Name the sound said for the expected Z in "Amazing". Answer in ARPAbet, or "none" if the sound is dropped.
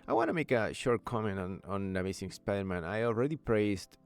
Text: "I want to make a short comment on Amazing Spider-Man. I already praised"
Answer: S